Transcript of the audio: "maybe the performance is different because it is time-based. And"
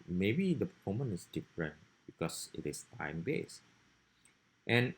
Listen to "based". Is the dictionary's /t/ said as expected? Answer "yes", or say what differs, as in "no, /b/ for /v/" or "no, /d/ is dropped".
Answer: yes